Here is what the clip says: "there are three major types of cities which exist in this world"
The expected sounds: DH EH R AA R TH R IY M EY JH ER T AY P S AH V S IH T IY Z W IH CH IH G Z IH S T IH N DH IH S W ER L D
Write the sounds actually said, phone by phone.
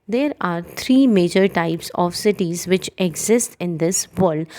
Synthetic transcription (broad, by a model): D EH R AA R T R IY M EY JH ER T AY P S AH V S IH T IY Z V IH CH IH G Z IH S T IH N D IH S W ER L D